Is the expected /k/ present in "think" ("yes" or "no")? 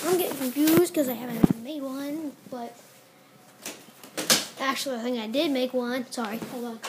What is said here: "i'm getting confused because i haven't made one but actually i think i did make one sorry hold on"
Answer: no